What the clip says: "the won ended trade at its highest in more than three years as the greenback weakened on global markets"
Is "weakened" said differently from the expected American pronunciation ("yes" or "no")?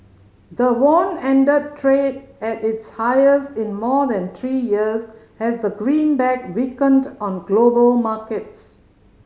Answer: no